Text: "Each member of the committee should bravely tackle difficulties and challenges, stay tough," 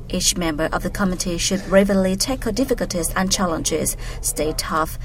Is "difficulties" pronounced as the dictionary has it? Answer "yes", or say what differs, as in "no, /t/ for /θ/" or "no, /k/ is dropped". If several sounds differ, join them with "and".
yes